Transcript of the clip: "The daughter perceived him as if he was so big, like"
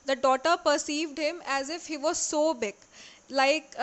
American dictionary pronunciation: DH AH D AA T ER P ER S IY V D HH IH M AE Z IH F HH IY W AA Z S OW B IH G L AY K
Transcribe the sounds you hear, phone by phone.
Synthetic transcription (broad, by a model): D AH D AA T ER P ER S IY V D HH IH M AE Z IH F HH IY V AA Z S OW B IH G L AY K